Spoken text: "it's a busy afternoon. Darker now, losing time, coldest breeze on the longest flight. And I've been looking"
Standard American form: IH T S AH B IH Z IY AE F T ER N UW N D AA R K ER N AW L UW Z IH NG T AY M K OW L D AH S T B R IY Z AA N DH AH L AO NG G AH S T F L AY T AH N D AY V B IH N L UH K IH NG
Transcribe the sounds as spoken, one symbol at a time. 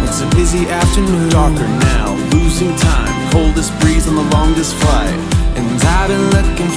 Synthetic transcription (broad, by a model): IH T S AH B IH Z IY AE F T ER N UW N D AA R K ER N AW L UW Z IH NG T AY M K OW L D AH S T B R IY Z N DH AH L AO NG G AH S T F L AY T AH N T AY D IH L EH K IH